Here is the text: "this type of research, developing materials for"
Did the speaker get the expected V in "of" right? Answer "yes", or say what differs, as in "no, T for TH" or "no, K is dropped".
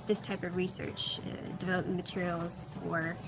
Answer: yes